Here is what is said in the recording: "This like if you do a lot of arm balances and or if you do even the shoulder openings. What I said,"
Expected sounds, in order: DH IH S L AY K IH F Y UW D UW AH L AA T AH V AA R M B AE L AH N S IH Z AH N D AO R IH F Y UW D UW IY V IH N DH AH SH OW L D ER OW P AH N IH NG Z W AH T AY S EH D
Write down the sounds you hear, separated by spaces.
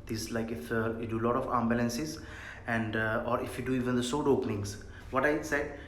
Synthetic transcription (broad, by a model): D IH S L AY K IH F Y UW D UW L AA T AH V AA M B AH L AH N S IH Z AH N D AO R IH F Y UW D UW IY V IH N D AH S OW D OW P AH N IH NG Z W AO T AY S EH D